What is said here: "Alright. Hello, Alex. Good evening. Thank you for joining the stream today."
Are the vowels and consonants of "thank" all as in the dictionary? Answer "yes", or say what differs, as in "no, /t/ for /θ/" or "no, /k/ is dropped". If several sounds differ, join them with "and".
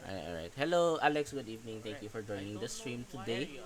no, /t/ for /θ/